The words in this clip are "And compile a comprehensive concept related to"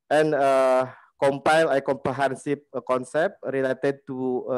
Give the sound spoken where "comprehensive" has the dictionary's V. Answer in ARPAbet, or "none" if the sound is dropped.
P